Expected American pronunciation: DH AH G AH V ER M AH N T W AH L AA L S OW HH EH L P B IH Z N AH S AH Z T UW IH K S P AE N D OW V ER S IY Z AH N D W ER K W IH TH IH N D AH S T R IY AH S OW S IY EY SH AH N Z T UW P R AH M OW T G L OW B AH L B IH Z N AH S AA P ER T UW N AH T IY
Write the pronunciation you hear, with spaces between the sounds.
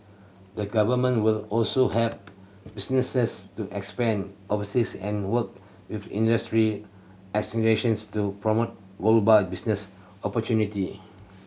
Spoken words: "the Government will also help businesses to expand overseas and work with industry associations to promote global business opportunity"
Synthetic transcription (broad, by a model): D AH G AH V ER M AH N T W AH L AA L S OW HH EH P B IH S N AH S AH S T UW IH K S P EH N OW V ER S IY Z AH N W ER K W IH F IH N D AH S T R IY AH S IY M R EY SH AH N S T UW P R AH M OW T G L B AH B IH S N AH S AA P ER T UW N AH T IY